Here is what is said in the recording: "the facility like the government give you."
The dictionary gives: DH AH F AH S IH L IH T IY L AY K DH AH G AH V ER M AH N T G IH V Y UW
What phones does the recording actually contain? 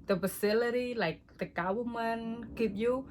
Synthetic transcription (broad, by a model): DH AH F AH S IH L IH T IY L AY K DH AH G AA W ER M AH N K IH P Y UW